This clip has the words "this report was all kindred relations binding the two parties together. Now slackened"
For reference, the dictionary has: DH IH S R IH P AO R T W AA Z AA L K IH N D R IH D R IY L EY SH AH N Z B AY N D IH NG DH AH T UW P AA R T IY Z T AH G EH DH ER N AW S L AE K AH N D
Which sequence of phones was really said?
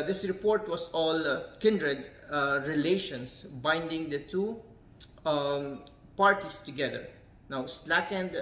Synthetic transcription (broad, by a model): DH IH S R IH P AO R T W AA S AA L K IH N D R IH D R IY L EY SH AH N S B AY N D IH NG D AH T UW P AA R T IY S T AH G EH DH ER N AW S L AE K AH N D